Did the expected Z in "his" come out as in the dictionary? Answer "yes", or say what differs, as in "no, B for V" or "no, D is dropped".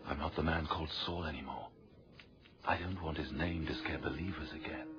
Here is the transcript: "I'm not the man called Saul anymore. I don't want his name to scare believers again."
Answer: yes